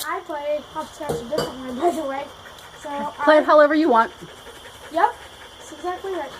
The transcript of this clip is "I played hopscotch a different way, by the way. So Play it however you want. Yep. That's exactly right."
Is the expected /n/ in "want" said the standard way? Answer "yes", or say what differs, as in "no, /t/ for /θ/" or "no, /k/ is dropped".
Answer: yes